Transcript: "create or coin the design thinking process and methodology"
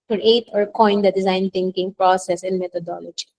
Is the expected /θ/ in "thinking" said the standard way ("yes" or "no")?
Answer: no